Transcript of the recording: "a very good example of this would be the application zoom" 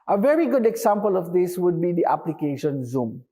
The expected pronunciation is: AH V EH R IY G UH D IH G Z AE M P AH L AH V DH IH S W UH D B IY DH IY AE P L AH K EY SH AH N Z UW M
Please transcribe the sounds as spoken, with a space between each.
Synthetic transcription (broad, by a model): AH V EH R IY G UH D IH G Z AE M P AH L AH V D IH S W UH D B IY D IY AE P L AH K EY SH AH N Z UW M